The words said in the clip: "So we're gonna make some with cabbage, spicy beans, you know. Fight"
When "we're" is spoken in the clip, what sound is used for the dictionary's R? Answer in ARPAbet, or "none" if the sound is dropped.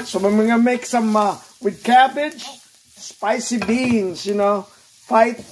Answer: W